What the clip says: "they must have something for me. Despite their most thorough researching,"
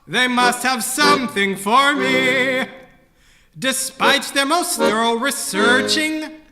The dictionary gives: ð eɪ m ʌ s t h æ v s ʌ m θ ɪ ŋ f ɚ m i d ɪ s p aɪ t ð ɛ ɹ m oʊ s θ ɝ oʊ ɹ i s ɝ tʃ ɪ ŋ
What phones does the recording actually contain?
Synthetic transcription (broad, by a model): ð eɪ m ʌ s t h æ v s ʌ m θ ɪ ŋ f ɚ m i d ɪ s p aɪ t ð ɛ ɹ m oʊ s t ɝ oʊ ɹ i s ɝ tʃ ɪ ŋ